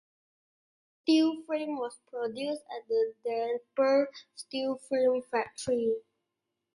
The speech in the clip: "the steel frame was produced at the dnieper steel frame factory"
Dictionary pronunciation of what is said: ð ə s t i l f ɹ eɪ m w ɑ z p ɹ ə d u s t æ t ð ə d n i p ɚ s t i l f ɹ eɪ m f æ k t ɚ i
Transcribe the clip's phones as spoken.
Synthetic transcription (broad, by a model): s t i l f ɹ eɪ m w ɑ s p ɹ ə d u s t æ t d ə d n p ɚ s t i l f ɹ eɪ m f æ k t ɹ i